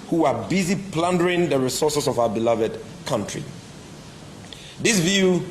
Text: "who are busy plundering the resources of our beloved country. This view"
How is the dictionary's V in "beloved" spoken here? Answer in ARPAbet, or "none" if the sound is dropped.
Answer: V